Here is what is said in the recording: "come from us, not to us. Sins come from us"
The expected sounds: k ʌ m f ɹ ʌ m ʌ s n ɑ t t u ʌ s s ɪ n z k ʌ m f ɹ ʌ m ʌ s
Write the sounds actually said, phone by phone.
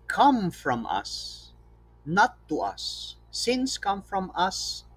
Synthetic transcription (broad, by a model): k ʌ m f ɹ ʌ m ʌ s n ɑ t t u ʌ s s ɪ n s k ʌ m f ɹ ʌ m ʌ s